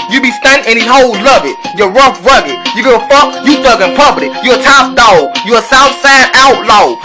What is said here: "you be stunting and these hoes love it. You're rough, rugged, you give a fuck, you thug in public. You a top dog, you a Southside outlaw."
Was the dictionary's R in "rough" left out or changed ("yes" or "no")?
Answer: no